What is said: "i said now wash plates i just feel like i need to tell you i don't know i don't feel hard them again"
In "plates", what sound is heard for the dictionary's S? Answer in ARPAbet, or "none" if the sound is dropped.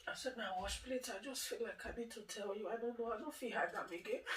none